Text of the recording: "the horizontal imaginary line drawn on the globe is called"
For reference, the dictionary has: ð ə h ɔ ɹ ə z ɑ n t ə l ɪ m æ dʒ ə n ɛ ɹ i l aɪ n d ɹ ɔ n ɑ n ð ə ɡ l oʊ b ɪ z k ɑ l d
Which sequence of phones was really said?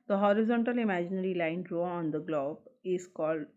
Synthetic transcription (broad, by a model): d ə h ɔ ɹ ə z ɑ n t ə l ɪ m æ dʒ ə n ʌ ɹ i l aɪ n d ɹ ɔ ɑ n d ə ɡ l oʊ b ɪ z k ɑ l d